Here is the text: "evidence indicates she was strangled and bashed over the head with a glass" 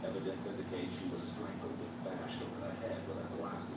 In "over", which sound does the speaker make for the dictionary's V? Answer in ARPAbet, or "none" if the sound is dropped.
none